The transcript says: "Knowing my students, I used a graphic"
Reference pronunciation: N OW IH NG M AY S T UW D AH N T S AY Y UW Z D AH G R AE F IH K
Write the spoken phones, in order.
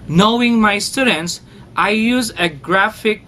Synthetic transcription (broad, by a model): N OW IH NG M AY S T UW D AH N T S AY Y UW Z AH G R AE F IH K